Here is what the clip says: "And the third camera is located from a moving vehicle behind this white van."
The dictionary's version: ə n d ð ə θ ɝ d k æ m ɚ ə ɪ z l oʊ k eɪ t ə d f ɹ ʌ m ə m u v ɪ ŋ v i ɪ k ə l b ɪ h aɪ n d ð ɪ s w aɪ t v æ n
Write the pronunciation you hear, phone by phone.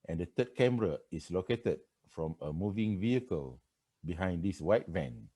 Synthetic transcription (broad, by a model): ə n d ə t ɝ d k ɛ m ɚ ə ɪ s l oʊ k eɪ t ə d f ɹ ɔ m ə m u v ɪ ŋ v i ɪ k ə l b ɪ h aɪ n d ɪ s w aɪ t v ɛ n